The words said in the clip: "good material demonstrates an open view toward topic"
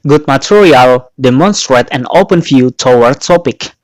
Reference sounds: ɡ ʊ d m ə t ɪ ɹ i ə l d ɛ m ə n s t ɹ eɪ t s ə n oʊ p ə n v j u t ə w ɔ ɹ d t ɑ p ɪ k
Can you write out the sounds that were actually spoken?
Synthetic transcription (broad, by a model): ɡ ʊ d m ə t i ɹ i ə l d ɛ m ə n s t ɹ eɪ t ə n oʊ p ə n f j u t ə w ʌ ɹ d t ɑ p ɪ k